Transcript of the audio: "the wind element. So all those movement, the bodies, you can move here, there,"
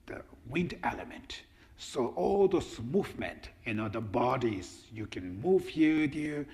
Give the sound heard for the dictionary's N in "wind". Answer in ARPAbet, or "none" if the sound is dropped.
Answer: N